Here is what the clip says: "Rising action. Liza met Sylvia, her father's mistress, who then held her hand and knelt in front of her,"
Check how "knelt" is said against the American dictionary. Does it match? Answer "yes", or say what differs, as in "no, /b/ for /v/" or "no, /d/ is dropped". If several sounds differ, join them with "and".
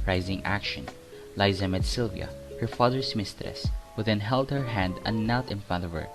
no, /l/ is dropped